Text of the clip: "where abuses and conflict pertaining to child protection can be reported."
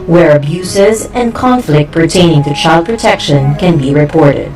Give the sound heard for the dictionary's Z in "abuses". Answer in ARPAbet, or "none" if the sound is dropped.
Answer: Z